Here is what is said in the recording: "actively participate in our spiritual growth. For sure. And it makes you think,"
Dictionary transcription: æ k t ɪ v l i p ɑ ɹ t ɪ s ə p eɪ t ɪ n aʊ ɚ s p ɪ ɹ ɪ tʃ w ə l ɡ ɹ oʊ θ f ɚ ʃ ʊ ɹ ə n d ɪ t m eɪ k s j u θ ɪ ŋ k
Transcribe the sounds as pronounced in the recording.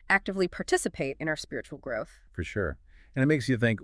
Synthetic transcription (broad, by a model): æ k t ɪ v l i p ɑ ɹ t ɪ s ə p eɪ t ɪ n aʊ ɚ s p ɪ ɹ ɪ tʃ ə l ɡ ɹ oʊ θ f ɚ ʃ ʊ ɹ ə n ɪ t m eɪ k s j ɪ θ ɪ ŋ k